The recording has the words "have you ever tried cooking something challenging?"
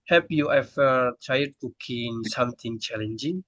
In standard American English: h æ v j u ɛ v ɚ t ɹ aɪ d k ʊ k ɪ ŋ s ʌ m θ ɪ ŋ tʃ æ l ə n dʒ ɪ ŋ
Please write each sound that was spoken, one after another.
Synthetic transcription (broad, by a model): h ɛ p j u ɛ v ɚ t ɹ aɪ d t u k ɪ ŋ s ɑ m t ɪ ŋ tʃ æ l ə n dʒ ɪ ŋ